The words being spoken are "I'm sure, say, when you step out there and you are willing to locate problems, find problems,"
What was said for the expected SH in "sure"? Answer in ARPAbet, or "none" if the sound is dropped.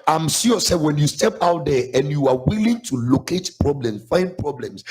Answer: S